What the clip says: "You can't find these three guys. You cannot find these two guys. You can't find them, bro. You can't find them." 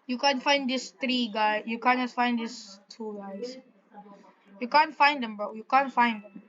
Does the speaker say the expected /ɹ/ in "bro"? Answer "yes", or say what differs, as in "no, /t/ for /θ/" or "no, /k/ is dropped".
no, /ɹ/ is dropped